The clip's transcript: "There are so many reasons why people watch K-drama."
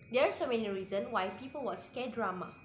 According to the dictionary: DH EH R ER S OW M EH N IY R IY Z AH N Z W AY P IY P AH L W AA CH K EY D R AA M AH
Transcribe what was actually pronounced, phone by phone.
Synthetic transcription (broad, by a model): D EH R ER S OW M EH N IY R IY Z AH N W AY P IY P AH L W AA S K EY D R AA M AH